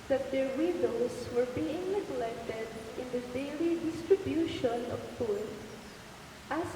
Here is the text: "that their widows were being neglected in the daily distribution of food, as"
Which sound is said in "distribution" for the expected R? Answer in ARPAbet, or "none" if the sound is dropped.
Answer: R